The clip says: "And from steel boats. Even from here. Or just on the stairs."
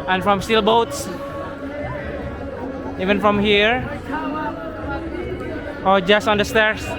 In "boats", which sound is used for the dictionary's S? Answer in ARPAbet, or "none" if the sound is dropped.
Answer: S